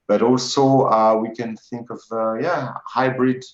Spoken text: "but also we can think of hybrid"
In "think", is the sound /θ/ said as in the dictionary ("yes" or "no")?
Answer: yes